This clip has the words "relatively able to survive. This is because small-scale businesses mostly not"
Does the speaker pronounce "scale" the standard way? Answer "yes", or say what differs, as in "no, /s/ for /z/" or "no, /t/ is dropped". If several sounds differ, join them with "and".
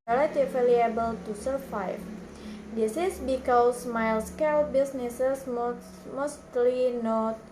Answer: yes